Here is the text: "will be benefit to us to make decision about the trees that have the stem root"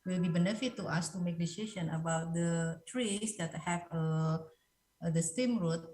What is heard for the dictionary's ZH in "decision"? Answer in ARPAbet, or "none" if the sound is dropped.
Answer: SH